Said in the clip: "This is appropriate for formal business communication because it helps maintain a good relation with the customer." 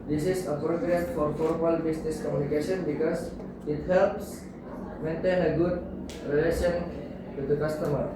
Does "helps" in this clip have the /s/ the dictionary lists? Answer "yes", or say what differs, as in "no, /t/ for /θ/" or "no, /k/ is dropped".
yes